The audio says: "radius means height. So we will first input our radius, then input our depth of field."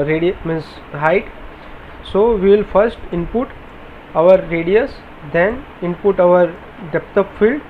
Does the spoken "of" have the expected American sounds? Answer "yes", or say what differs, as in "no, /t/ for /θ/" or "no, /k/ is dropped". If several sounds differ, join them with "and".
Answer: no, /p/ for /v/